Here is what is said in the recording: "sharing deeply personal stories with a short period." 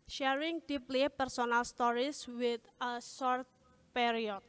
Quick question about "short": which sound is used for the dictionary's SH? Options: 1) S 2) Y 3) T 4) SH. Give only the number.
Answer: 1